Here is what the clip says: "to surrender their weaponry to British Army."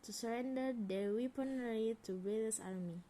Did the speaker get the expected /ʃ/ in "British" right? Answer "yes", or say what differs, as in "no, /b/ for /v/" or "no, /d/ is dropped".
no, /s/ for /ʃ/